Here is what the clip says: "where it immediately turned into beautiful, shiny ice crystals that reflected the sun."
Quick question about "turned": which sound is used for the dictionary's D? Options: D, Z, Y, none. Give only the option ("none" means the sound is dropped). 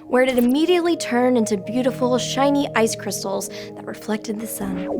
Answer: none